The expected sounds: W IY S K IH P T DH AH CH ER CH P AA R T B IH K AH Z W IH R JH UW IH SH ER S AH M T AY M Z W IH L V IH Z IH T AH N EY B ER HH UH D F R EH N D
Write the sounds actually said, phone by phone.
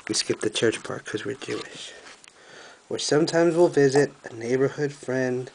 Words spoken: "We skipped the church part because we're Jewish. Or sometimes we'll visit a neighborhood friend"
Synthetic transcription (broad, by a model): W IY S K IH P DH AH CH ER CH P AA R K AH Z W IH R JH UW IH SH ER S AH M T AY M Z W IH L V IH Z IH T AH N EY B ER HH UH D F R EH N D